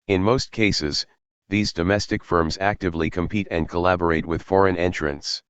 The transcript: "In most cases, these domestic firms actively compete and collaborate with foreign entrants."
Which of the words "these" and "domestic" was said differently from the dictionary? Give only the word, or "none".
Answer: none